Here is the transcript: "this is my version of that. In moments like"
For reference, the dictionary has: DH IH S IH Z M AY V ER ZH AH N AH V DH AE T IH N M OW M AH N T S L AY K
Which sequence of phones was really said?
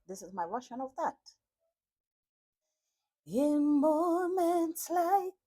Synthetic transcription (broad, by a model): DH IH S IH Z M AY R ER SH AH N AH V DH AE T IH N M OW M AH N T S L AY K